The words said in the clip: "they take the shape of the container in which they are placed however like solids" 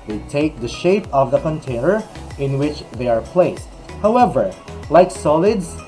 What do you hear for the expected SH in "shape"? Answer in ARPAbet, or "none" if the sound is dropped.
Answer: SH